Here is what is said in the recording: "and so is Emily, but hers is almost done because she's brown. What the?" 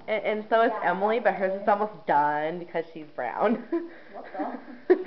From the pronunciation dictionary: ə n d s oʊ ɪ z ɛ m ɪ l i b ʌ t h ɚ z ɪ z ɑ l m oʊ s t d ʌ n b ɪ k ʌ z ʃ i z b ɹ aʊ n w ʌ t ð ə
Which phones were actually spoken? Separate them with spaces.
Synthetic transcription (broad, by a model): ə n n s oʊ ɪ s ɛ m l i b ʌ t h ɚ z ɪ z ɑ l m oʊ s d ʌ n b ɪ k ʌ z ʃ i z b ɹ aʊ n